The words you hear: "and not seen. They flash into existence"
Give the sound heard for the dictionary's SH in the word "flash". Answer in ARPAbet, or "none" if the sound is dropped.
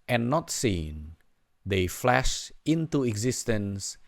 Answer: SH